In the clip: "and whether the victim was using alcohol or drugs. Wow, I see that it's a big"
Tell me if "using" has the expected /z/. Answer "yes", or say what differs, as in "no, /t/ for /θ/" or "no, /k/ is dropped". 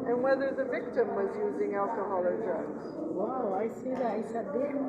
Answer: yes